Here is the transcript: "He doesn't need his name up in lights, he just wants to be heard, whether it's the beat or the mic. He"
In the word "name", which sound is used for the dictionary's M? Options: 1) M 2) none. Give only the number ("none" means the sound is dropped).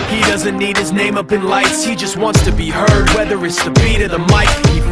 1